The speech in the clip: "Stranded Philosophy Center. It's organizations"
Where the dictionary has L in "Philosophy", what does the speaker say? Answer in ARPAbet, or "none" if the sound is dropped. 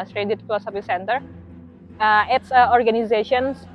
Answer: none